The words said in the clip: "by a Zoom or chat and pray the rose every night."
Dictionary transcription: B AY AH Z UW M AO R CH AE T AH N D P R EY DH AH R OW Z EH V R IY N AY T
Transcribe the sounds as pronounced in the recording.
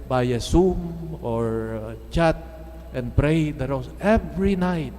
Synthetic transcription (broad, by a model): B AY AH S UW M AO R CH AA T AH N P R EY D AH W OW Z EH V R IY N AY T